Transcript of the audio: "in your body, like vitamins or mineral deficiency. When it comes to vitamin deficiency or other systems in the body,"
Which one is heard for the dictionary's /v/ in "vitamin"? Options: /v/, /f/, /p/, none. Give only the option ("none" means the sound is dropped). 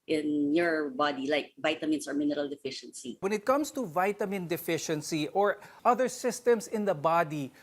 /v/